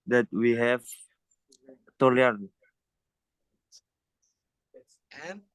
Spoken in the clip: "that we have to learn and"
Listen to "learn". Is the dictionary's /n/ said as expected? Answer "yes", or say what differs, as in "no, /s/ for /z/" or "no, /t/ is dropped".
no, /n/ is dropped